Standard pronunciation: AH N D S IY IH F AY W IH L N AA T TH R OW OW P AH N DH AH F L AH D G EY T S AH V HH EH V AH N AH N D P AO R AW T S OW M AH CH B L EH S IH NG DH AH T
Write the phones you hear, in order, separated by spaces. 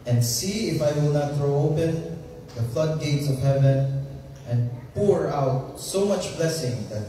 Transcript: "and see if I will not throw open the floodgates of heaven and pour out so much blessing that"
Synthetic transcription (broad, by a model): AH N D S IY IH F AY W IH L N AA T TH R OW OW P AH N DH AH F L AH D G EY T S AH V HH EH V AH N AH N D P AO R AW T S OW M AH CH B L EH S IH NG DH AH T